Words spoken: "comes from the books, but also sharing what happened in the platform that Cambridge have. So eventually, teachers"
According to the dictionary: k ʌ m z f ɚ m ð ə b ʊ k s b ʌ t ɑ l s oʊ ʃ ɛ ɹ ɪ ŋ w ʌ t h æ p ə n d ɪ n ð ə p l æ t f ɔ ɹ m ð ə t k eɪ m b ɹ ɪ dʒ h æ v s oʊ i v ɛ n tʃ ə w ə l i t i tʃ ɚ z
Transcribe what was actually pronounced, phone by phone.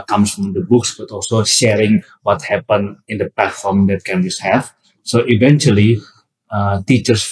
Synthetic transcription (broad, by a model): k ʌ m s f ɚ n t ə b ʊ k s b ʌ t ɑ l s oʊ ʃ ɛ ɹ ɪ ŋ w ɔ t h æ p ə n ɪ n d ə p l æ t f ɔ ɹ m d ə t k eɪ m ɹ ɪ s h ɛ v s oʊ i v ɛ n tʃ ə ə l i t i tʃ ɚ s